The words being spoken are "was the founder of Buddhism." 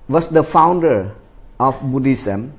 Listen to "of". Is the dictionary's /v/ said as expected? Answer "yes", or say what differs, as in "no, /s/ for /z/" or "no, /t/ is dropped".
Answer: no, /f/ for /v/